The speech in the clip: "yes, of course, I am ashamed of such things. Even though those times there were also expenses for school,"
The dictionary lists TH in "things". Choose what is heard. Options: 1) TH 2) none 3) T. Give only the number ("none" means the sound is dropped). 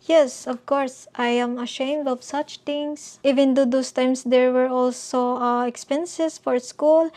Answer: 3